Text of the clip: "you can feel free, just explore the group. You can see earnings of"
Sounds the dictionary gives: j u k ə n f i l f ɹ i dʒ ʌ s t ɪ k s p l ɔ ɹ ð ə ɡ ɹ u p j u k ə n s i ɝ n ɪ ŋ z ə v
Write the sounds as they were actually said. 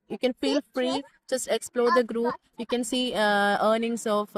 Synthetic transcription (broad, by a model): j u k ə n f i l f ɹ i dʒ ʌ s t ɪ k s p l ɔ ɹ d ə ɡ ɹ u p j u k ə n s i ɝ n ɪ ŋ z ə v